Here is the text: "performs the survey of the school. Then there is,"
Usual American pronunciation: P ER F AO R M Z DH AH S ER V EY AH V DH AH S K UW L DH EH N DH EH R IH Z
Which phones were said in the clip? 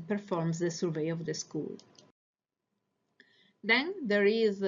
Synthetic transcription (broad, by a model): P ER F AO R M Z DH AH S ER V EY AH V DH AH S K UW L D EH N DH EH R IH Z